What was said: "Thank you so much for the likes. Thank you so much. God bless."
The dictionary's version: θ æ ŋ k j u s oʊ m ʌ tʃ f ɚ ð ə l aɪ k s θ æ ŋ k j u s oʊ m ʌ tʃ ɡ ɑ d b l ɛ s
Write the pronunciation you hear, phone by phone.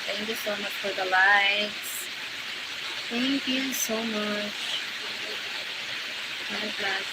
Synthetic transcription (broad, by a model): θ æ ŋ k j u s oʊ m ʌ tʃ f ɚ ð ə l aɪ s θ æ ŋ k j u s oʊ m ʌ tʃ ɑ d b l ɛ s